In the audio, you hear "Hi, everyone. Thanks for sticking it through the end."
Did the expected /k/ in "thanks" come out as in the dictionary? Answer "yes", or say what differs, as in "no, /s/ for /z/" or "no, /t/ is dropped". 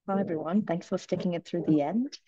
yes